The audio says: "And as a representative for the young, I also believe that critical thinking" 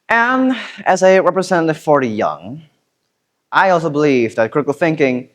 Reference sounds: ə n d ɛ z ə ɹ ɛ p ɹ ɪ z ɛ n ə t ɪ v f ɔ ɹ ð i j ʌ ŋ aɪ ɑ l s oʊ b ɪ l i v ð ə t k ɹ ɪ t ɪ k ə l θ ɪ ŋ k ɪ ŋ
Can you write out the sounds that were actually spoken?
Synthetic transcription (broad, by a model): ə n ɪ z ə ɹ ɛ p ɹ ɪ z ɛ n ə t ɪ v f ɔ ɹ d i j ʌ ŋ aɪ ɑ l s oʊ b ɪ l i v ð ə t k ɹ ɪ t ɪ k l θ ɪ ŋ k ɪ ŋ